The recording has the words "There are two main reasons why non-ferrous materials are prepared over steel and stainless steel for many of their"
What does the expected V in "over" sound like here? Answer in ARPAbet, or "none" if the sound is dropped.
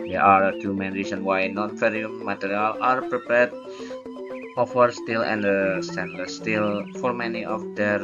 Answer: F